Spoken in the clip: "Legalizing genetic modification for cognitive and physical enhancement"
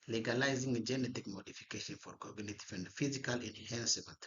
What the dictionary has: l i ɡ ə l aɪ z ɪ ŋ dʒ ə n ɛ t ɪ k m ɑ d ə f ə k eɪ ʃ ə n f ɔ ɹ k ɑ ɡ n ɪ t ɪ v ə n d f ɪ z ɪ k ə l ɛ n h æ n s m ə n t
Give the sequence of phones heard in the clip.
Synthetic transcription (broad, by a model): l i ɡ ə l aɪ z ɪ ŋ dʒ ə n ɛ t ɪ k m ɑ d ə f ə k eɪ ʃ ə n f ɔ ɹ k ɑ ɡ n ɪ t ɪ f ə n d f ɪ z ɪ k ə l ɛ n h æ n s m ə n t